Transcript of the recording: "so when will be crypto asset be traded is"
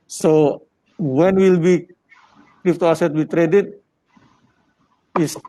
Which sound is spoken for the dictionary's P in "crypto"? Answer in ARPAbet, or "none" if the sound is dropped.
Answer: F